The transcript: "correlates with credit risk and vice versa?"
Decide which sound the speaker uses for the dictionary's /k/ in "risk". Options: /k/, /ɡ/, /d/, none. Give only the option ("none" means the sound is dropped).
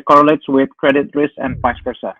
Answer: none